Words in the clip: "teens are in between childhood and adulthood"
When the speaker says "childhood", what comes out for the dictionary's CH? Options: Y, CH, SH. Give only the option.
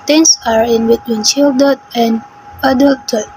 SH